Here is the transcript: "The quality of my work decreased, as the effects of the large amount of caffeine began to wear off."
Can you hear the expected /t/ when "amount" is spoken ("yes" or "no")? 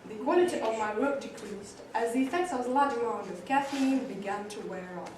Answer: no